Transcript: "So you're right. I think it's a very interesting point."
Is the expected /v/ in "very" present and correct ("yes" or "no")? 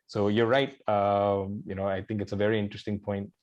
yes